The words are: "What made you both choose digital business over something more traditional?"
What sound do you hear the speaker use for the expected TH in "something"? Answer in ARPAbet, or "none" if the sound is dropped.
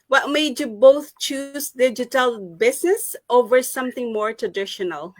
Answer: TH